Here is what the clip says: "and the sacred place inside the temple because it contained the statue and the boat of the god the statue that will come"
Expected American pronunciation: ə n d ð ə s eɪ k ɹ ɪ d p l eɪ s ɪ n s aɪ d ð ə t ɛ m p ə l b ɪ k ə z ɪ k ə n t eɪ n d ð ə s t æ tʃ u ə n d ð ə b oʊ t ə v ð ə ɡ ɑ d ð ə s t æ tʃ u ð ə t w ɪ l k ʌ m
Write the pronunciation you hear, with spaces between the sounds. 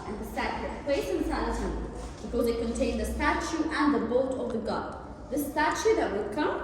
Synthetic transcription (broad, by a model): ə n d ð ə s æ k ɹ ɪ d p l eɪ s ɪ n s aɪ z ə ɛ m b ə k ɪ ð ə ɪ k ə n t eɪ n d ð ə s t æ tʃ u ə n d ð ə b oʊ t ə v ð ə ɡ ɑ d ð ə s t æ tʃ u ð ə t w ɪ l k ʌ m